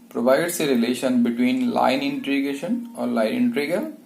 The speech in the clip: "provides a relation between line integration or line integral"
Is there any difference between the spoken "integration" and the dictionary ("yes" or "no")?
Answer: yes